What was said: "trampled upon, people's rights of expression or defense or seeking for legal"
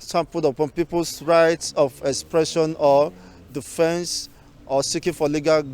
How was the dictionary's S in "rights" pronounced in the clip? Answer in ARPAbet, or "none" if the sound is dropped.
S